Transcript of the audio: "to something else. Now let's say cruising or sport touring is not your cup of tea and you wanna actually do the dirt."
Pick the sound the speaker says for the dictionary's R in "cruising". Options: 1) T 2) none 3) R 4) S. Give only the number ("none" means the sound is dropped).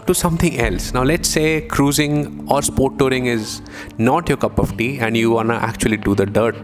3